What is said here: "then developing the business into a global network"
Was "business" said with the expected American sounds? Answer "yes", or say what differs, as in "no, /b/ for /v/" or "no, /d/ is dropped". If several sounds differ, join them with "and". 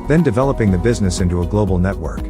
yes